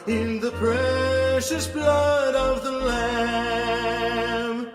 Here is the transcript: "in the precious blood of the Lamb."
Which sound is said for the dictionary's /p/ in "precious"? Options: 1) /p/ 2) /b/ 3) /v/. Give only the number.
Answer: 1